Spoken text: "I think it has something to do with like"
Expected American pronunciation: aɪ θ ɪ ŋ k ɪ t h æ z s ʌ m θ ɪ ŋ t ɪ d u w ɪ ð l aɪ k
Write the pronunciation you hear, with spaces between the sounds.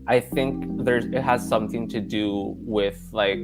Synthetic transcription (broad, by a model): aɪ θ ɪ ŋ k ɪ t h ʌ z s ʌ m θ ɪ ŋ t ɪ d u w ɪ ð l aɪ k